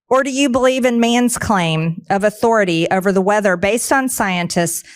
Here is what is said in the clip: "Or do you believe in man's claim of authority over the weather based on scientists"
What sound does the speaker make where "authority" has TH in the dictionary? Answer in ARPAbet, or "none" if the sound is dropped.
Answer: TH